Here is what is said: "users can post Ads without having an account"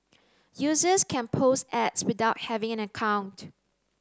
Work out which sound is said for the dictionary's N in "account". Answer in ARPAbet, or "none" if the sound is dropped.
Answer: N